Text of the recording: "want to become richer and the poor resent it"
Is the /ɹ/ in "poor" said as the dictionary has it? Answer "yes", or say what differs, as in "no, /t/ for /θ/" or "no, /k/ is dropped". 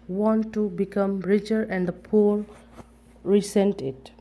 no, /l/ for /ɹ/